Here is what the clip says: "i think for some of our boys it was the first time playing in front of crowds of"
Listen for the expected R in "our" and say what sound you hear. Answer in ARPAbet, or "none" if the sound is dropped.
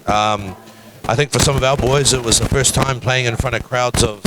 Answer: L